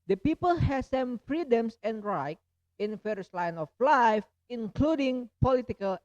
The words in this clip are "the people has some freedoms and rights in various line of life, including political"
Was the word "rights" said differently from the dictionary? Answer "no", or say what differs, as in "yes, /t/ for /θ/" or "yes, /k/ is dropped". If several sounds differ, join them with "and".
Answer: yes, /s/ is dropped